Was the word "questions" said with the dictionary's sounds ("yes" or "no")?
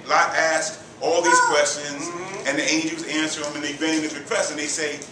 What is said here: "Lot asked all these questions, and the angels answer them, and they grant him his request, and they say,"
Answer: yes